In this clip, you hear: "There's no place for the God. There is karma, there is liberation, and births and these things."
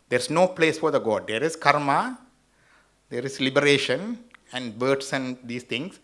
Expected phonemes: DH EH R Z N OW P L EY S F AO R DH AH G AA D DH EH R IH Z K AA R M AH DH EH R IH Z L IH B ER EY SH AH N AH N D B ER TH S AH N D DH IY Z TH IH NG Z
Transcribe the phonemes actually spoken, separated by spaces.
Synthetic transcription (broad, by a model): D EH R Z N OW P L EY S F AO R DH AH G AA D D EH R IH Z K AA R M AH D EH R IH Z L IH B ER EY SH AH N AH N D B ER T S AH N D IY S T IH NG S